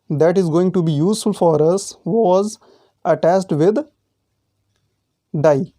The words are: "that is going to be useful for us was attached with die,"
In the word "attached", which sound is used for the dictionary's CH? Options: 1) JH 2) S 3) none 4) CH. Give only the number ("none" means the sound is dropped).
2